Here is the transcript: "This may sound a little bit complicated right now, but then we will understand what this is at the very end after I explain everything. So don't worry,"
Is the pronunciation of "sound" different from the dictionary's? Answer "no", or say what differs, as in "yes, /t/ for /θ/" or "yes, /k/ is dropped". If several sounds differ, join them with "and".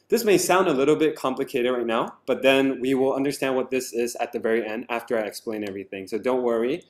no